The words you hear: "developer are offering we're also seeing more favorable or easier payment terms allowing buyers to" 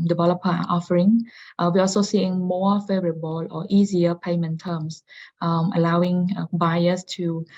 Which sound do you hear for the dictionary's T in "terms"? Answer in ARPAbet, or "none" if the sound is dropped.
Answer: S